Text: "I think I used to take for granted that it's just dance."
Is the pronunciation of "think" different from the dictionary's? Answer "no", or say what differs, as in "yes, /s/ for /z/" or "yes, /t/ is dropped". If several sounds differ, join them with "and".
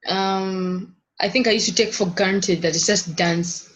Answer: no